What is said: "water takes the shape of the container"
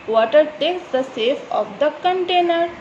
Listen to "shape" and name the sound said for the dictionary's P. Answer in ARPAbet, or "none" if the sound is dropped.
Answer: F